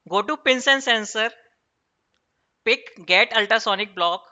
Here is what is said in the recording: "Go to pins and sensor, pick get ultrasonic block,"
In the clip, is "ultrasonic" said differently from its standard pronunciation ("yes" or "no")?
yes